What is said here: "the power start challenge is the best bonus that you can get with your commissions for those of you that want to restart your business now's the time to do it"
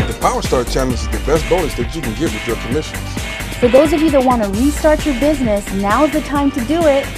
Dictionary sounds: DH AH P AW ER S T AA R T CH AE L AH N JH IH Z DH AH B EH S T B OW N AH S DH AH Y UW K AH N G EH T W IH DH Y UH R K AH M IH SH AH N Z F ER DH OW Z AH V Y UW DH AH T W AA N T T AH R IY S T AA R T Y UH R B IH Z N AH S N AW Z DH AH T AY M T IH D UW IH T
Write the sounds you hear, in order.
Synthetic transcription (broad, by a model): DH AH P AW ER S T AA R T CH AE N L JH IH Z DH AH B EH S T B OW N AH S DH AH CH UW K AH N G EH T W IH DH Y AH R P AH M IH SH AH N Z F ER DH OW Z AH V Y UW DH AH T W AA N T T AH R IY S T AA R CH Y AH R B IH Z N AH S N AW Z DH AH T AY M T IH D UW IH T